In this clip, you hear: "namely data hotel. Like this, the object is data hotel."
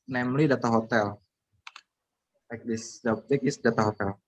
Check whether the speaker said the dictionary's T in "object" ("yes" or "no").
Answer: no